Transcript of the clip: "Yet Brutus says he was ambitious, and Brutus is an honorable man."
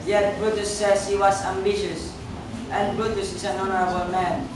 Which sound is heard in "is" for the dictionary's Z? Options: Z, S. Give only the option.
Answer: S